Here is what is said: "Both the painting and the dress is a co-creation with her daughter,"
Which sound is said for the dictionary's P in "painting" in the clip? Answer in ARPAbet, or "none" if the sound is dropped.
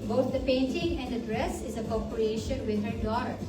P